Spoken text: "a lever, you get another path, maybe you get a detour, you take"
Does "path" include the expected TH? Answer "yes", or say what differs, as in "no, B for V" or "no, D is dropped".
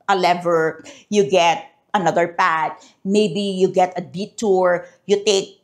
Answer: no, T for TH